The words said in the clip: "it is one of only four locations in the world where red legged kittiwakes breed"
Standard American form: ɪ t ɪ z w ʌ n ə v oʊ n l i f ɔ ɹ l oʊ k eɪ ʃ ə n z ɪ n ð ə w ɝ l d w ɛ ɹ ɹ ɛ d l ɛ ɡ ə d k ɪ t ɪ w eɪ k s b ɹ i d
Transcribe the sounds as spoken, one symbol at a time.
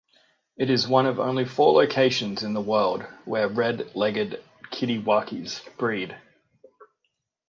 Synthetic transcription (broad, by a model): ɪ t ɪ z w ʌ n ə v oʊ n l i f ɔ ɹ l oʊ k eɪ ʃ ə n z ɪ n ð ə w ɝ l d w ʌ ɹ ɹ ɛ d l ɛ ɡ ə d k ɪ t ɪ w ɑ k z b ɹ i d